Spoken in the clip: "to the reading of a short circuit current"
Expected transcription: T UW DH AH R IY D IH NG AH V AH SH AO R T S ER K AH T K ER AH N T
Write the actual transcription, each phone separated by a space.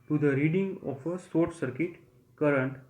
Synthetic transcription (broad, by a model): T UW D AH R IY D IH NG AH F AH S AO R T S ER K AH T K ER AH N T